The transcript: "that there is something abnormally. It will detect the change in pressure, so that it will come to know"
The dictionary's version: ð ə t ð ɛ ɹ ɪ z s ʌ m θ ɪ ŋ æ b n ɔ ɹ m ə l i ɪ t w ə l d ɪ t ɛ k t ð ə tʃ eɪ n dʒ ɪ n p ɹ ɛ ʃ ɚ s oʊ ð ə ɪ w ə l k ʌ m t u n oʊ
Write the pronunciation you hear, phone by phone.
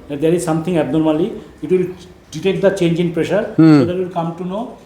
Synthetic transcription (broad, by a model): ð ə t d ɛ ɹ ɪ z s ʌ m t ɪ ŋ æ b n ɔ ɹ m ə l i ɪ t w ə l d ɪ t ɛ k t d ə tʃ eɪ n dʒ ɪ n p ɹ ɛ ʃ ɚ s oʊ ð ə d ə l k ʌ m t u n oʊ